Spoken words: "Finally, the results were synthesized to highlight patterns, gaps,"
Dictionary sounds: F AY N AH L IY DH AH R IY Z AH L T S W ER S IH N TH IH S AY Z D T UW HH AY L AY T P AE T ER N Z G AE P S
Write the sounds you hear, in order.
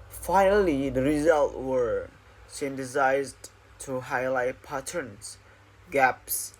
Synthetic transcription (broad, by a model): F AY N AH L IY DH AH R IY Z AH L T W ER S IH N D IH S AY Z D T UW HH AY L AY T P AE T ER N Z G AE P S